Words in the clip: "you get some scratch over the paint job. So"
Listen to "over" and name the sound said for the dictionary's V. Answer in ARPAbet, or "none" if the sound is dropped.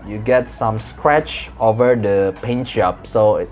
V